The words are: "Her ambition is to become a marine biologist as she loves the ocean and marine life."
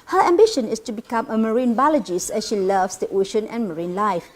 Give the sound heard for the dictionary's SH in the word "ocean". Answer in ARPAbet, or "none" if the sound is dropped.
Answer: SH